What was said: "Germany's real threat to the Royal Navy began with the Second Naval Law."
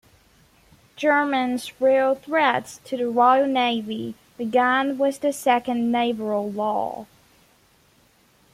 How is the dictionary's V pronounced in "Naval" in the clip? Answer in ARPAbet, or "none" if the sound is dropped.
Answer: B